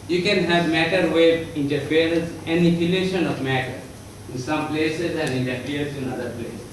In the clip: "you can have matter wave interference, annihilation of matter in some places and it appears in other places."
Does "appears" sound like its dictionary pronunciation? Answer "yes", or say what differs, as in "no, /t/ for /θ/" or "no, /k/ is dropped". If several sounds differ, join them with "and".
no, /p/ is dropped